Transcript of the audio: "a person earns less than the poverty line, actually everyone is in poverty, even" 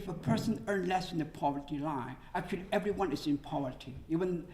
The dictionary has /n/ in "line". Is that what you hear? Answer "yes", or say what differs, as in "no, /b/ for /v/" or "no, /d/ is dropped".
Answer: no, /n/ is dropped